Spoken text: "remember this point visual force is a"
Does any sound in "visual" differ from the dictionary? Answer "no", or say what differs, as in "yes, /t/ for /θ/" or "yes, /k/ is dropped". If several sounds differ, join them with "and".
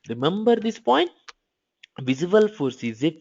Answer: yes, /z/ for /ʒ/